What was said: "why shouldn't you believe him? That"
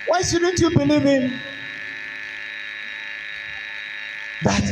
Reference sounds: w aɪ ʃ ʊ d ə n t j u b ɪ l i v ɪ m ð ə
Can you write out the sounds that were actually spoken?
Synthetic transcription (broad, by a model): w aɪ s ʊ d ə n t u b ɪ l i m ɪ m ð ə